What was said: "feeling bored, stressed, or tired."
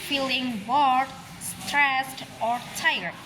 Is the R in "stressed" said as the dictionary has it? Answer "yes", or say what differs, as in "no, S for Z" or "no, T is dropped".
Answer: yes